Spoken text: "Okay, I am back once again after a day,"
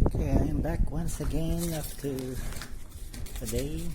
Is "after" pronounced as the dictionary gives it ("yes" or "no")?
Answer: no